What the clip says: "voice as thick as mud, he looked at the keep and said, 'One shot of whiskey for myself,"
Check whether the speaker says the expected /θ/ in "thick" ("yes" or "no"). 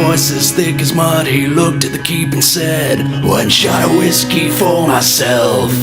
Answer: yes